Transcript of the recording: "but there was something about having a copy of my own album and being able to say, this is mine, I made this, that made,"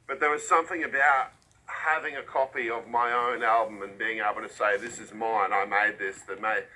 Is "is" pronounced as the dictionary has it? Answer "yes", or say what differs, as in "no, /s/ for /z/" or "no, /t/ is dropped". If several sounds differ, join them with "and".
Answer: yes